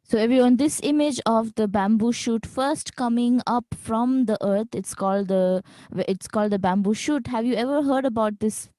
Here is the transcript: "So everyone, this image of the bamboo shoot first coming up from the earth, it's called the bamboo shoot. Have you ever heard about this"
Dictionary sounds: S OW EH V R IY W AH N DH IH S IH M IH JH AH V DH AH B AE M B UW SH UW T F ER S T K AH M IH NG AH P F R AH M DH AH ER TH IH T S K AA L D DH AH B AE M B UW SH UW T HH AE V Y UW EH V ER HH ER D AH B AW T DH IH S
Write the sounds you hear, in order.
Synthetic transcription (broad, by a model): S OW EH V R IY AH N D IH S IH M IH JH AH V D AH B AE M B UW SH UW T F ER S T K AH M IH NG AH P F R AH M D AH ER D IH T S K AA L D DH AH B AE M B UW SH UW T HH AE V Y UW EH V ER HH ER D AH B AW T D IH S